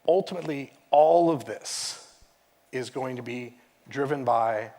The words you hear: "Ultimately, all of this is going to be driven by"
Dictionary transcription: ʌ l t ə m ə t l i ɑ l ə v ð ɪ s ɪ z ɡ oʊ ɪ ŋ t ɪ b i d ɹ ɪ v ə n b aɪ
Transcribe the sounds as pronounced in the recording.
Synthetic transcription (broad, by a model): ʌ l t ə m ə t l i ɑ l ə v ð ɪ s ɪ z ɡ oʊ ɪ ŋ t ɪ b i d ɹ ɪ v ə n b aɪ